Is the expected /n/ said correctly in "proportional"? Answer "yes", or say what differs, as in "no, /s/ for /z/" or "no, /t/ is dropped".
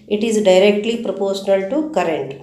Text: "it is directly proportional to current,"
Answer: yes